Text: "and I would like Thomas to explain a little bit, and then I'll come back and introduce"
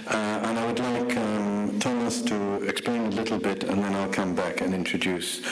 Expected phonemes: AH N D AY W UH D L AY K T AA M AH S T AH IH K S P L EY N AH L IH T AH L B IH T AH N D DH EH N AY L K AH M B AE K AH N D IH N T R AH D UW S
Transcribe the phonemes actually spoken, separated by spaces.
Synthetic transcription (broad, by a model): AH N AY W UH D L AY K T AA M AH S T AH IH K S P L EY N AH L IH T L B IH T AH N DH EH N AY L K AH M B AE K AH N IH N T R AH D UW S